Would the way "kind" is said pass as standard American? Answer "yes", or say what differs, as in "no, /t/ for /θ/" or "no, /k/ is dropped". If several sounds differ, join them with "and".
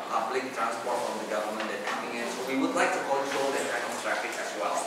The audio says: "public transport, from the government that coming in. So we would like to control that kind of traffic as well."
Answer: no, /d/ is dropped